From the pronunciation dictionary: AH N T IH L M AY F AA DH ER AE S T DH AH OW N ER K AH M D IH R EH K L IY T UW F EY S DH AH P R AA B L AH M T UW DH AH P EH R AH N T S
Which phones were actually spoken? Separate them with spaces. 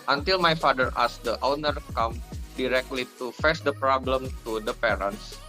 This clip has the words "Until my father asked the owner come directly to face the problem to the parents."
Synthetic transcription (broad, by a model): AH N T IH L M AY F AA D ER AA S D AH OW N ER K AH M D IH R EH K L IY T UW F EY S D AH P R AA B L AH M T UW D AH P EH R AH N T S